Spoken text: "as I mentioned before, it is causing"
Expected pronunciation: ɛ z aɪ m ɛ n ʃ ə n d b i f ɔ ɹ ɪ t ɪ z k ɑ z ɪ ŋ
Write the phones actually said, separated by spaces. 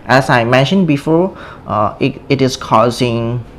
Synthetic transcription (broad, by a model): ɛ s aɪ m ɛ n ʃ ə n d b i f ɔ ɪ t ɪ s k ɑ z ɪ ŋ